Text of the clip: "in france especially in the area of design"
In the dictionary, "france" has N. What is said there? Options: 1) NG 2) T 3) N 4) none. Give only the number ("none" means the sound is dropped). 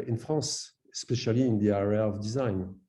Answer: 4